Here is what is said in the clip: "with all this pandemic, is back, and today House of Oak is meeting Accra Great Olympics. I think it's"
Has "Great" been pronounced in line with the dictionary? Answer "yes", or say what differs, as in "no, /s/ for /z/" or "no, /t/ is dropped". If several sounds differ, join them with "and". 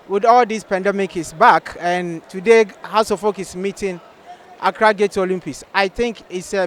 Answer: no, /ɹ/ is dropped